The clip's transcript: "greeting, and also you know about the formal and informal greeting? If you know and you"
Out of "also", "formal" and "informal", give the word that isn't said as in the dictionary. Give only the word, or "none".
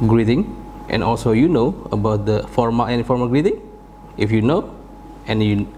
informal